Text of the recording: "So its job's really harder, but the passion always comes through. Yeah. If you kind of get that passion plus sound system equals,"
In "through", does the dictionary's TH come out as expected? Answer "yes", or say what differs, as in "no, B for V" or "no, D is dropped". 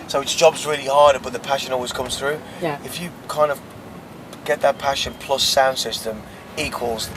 yes